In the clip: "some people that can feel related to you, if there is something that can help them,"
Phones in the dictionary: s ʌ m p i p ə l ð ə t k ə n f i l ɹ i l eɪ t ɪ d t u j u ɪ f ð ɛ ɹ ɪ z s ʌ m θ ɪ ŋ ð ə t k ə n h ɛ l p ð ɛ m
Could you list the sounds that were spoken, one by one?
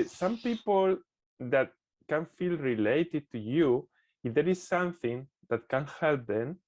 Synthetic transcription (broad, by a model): s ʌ m p i p ə l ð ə t k ə n f i l ɹ i l eɪ t ɪ d t u j u ɪ f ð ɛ ɹ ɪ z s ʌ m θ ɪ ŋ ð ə t k ə n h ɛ l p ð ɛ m